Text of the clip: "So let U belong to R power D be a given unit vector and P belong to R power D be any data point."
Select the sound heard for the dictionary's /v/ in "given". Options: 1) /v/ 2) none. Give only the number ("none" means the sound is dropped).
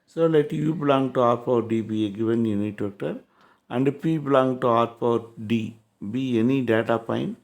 1